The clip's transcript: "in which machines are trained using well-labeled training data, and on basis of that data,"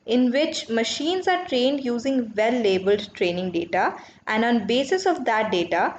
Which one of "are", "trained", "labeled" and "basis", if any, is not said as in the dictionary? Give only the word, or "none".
none